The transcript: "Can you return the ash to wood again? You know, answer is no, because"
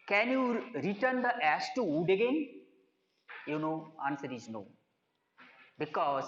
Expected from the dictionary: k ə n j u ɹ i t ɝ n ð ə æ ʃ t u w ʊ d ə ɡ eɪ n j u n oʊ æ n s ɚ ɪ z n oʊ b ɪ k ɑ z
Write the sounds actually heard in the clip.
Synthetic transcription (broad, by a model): k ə n j u ɹ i t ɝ n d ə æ s t u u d ə ɡ eɪ n j u n oʊ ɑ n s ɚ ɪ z n oʊ b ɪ k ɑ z